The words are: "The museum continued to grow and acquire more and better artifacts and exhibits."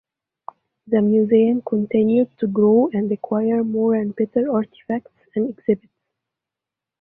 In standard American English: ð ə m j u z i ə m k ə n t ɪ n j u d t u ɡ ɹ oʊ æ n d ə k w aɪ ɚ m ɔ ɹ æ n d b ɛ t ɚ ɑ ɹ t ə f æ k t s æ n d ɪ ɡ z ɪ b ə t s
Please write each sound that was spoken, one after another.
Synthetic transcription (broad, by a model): ð ə m j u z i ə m k ə n t ɪ n j u d t u ɡ ɹ oʊ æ n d ə k w aɪ ɚ m ɔ ɹ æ n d b ɛ t ɚ ɑ ɹ t ə f æ k t s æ n d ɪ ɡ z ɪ b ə t s